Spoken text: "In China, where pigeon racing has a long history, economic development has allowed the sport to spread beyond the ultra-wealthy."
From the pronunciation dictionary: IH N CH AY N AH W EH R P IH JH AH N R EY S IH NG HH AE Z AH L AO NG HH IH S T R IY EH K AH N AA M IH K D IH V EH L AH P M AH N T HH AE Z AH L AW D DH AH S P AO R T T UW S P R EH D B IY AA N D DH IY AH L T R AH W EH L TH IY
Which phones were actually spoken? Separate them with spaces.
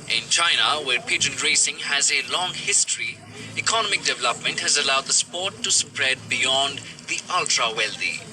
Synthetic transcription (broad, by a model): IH N CH AY N AH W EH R P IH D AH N R EY S IH NG HH AE Z AH L AO NG HH IH S T R IY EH K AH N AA M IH K D IH V EH L AH P M AH N T HH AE Z AH L AW D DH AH S P AO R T T UW S P R EH D B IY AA N D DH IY AH L T R AH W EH L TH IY